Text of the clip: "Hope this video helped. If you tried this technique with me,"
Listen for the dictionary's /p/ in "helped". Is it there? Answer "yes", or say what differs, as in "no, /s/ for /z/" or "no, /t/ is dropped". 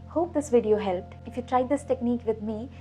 yes